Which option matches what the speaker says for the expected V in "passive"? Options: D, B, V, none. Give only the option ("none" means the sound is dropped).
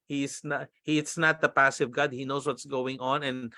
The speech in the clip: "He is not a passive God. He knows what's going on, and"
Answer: V